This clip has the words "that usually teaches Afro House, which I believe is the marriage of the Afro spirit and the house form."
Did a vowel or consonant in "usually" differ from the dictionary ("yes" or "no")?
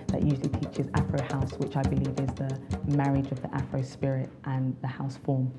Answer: no